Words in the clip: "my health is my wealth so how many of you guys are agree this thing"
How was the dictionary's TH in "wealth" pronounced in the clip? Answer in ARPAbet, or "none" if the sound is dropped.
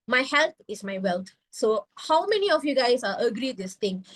T